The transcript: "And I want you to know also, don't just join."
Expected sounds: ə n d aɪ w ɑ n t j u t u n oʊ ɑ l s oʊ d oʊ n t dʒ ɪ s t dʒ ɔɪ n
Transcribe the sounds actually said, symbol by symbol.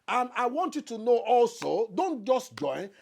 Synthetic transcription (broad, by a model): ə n aɪ w ɑ n t j u t u n oʊ ɑ l s oʊ d oʊ n t dʒ ɪ s t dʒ ɔɪ n